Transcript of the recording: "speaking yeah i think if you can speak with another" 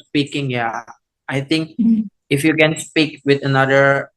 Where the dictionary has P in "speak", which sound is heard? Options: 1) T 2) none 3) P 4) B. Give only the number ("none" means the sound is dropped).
3